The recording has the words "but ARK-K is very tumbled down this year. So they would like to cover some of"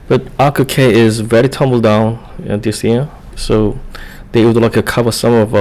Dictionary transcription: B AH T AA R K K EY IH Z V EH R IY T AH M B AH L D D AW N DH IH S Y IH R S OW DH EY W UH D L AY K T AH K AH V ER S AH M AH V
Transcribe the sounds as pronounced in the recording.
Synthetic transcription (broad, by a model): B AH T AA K K EY IH Z V EH R IY T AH M B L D D AW N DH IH S Y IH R S OW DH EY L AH L AY K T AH K AH V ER S AH M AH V